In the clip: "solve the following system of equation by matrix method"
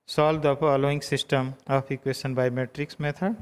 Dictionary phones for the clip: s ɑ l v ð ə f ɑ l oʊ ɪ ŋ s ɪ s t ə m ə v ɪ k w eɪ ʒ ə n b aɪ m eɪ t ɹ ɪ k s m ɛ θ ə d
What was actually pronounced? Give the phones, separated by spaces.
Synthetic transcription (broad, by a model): s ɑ l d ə p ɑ l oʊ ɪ ŋ s ɪ s t ə m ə p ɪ k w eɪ ʃ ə n b aɪ m eɪ t ɹ ɪ k s m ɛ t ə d